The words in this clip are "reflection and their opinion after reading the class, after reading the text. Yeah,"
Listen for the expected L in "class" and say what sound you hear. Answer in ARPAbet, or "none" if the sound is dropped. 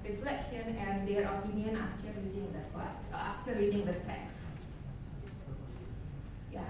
none